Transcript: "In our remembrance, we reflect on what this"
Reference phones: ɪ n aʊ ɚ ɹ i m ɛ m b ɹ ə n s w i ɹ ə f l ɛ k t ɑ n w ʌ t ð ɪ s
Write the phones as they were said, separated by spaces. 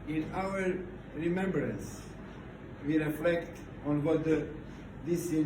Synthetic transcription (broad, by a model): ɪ n aʊ ɚ ɹ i m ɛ m b ɹ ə n s w i ɹ ə f l ɛ k t ɑ n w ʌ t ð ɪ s